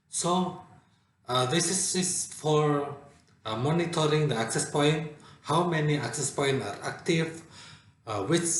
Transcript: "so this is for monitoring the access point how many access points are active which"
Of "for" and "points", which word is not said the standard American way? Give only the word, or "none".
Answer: points